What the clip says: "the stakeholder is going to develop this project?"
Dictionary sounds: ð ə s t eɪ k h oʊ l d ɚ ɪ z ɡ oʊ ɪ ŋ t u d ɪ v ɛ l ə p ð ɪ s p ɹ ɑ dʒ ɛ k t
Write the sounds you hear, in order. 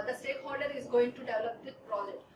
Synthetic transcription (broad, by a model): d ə s t eɪ k h oʊ l d ɚ ɪ z ɡ oʊ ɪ ŋ t u d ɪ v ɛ l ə p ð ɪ p ɹ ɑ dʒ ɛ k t